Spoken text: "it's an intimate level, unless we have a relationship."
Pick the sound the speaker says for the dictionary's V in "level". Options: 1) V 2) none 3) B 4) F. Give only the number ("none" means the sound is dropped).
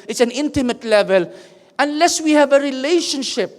1